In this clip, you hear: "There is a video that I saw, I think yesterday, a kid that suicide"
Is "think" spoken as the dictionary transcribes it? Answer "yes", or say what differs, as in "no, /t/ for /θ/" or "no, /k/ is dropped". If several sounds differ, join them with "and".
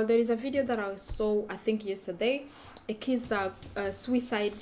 yes